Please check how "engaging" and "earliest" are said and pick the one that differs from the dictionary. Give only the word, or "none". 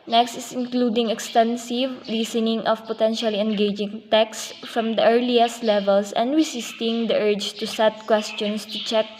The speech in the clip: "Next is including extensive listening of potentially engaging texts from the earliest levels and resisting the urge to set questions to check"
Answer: none